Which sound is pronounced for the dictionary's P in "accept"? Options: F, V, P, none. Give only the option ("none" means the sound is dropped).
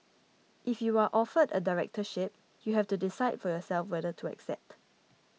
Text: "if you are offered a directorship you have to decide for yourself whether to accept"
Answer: P